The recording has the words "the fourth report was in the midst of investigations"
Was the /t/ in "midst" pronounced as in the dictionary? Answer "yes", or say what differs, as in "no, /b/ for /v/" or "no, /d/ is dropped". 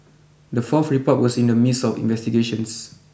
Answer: no, /t/ is dropped